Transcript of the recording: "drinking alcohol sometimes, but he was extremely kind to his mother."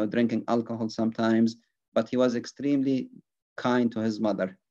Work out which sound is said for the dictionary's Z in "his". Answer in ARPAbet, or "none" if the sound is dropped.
Z